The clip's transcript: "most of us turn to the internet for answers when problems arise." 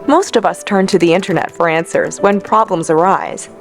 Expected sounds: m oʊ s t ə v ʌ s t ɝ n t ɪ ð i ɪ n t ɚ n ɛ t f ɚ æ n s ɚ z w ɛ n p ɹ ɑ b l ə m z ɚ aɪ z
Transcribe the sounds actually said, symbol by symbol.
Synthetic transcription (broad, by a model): m oʊ s t ə v ʌ s t ɝ n t ɪ ð i ɪ n t ɚ n ɛ t f ɚ æ n s ɚ z w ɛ n p ɹ ɑ b l ə m z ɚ aɪ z